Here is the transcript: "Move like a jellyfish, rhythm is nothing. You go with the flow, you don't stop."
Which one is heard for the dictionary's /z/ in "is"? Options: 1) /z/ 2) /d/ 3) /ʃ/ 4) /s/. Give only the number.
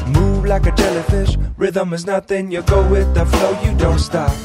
1